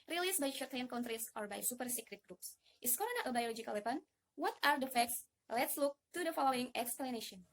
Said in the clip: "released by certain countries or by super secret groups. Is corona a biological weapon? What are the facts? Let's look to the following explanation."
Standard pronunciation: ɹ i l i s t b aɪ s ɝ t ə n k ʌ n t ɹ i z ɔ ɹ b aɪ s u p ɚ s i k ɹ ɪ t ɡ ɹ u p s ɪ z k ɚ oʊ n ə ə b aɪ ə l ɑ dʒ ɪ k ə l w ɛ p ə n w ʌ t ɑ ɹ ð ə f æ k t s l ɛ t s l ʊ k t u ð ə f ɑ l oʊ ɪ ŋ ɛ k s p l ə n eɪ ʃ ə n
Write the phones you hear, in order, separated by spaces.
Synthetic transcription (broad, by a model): ɹ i l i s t b aɪ ʃ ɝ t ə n k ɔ n t ɹ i s ɔ ɹ b aɪ s u p ɚ s i k ɹ ɪ t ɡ ɹ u p s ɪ s k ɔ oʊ n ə ə b aɪ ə l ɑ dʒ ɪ k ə l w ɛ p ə n w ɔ t ɑ ɹ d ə f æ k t s l ɛ t s l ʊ k t u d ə f ɑ l oʊ ɪ ŋ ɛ k s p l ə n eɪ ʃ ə n